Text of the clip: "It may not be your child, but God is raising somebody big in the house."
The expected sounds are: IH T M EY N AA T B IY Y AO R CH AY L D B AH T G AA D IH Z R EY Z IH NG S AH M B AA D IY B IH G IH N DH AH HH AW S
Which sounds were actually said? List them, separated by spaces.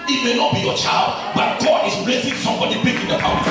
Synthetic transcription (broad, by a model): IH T M EY N AA T B IY Y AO CH AY L D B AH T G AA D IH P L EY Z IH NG S AH M B AA D IY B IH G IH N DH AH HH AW